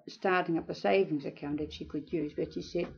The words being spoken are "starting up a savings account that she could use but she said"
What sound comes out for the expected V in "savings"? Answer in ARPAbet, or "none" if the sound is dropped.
V